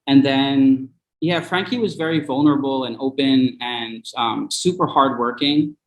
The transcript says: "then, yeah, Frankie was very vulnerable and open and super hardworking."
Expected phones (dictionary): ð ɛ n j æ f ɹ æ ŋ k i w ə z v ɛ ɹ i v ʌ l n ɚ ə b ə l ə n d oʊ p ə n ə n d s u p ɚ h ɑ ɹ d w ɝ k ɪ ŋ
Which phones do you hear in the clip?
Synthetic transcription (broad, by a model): ð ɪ n j æ f ɹ æ ŋ k i w ə z v ɛ ɹ i v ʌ l n ɚ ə b l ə n oʊ p ə n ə n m s u p ɚ h ɑ ɹ d w ɝ k ɪ ŋ